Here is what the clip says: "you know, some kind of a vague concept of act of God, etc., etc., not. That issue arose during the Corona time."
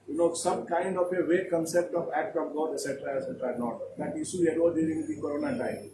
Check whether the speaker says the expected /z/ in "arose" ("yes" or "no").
no